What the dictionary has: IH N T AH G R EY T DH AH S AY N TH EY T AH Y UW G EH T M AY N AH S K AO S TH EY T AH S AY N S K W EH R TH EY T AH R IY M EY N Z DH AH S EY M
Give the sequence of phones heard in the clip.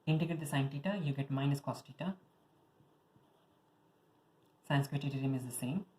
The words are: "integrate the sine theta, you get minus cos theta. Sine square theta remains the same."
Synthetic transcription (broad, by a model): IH N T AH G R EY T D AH S AY N T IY T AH Y UW G EH T M AY N AH S K AO S T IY T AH S AY N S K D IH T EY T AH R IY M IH Z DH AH S EY M